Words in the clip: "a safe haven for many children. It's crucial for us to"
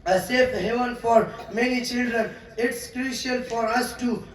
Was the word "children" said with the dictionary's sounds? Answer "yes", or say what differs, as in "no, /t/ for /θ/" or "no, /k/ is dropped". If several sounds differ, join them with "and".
yes